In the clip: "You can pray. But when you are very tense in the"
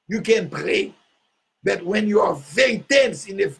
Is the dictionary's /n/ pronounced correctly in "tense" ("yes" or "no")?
yes